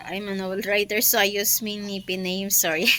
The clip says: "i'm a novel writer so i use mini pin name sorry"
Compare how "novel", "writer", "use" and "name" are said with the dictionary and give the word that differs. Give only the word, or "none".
novel